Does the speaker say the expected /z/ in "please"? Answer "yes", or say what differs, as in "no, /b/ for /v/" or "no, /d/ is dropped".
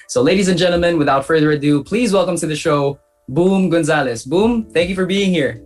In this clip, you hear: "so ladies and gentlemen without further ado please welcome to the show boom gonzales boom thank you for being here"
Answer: yes